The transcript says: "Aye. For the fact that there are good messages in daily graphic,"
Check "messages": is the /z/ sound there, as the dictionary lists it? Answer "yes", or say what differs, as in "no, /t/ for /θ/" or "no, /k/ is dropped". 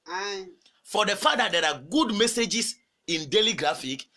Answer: no, /s/ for /z/